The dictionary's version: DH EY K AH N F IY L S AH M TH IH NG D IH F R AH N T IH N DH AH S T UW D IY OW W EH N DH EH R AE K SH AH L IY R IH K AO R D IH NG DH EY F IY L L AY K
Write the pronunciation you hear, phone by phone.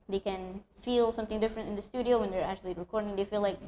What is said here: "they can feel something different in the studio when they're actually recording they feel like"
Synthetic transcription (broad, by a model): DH EY K AH N F IY L S AH M TH IH NG D IH F R AH N T IH N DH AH S T UW D IY OW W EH N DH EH R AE K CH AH L IY R IH K AO R D IH NG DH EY F IY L L AY K